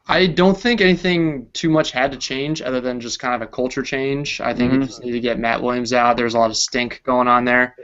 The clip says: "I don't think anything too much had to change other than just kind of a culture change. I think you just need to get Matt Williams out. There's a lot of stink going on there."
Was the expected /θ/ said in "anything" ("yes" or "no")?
yes